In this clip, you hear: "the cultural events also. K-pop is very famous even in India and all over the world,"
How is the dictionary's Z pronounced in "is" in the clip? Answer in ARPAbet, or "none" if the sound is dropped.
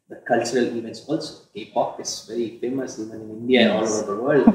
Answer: S